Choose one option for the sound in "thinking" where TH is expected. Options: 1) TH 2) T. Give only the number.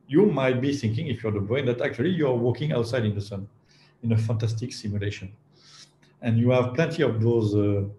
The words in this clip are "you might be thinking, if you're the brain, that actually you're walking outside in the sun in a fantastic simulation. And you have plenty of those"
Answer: 1